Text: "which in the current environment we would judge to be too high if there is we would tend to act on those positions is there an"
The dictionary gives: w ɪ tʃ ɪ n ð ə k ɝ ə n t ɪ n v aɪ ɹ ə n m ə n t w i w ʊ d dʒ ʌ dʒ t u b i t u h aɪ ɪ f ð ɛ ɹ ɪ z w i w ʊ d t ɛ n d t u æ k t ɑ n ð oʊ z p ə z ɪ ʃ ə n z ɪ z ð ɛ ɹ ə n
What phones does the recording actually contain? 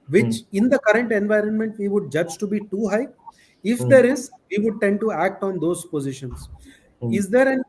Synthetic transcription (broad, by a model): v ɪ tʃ ɪ n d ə k ɝ ə n t ɪ n v aɪ ɹ ə n m ə n t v i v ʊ d dʒ ʌ dʒ t u b i t u h aɪ ɪ f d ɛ ɹ ɪ z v i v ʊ d t ɛ n d t u æ k t ɑ n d oʊ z p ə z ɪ ʃ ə n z ɪ z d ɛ ɹ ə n